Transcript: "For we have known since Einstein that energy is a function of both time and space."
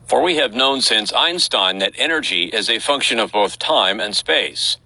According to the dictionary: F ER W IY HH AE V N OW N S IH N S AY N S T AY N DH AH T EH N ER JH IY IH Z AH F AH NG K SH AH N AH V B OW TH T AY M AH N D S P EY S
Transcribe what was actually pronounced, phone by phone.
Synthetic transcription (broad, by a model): F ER W IY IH V N OW N S IH N S AY N S T AY N DH AH T EH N ER JH IY IH Z AH F AH NG K SH AH N AH V B OW TH T AY M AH N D S P EY S